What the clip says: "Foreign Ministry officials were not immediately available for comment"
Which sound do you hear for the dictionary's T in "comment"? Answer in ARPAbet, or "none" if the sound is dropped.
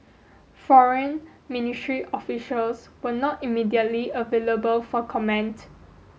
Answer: T